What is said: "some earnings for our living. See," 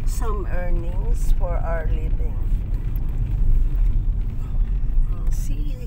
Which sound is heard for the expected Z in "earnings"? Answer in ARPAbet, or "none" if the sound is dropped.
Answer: S